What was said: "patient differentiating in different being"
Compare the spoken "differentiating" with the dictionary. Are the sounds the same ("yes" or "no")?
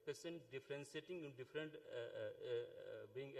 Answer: no